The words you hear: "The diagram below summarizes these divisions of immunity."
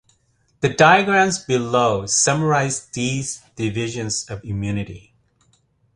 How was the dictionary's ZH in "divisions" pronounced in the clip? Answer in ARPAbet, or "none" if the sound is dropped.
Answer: ZH